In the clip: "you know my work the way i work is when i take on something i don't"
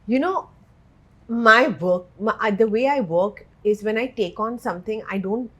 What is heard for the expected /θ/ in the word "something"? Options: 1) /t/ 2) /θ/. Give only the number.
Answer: 1